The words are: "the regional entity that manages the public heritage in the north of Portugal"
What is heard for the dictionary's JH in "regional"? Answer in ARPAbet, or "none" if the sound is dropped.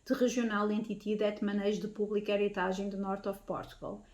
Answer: ZH